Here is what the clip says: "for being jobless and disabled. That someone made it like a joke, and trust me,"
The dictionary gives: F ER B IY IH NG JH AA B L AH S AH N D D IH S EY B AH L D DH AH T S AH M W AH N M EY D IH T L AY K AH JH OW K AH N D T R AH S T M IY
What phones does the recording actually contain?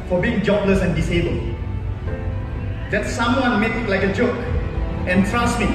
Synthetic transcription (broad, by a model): F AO B IY IH NG JH AA B L AH S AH N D D IH S EY B AH L D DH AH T S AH M W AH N M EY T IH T L AY K AH JH OW K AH N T R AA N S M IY